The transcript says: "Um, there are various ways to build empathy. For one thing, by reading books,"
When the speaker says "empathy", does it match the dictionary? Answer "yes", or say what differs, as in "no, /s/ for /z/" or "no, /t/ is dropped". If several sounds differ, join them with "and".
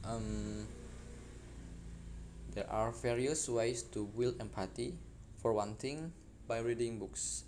no, /t/ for /θ/